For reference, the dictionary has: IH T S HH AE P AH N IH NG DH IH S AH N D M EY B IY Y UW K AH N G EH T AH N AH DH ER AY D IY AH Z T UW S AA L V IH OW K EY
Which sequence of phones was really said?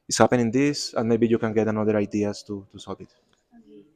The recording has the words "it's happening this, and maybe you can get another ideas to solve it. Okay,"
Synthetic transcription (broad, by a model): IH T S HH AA P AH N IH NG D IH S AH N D M EY B IY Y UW K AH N G EH T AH N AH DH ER AY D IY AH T T UW S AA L B IH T